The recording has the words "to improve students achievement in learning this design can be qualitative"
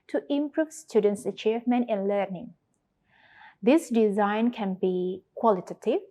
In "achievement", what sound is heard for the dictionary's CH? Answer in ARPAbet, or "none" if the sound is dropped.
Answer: CH